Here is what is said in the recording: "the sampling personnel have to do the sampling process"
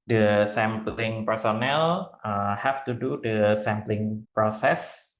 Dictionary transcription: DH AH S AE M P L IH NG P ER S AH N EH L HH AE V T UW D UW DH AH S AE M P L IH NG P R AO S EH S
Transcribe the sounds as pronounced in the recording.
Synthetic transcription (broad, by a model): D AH S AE M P L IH NG P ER S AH N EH L HH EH F T UW D UW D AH S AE M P L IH NG P R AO S EH S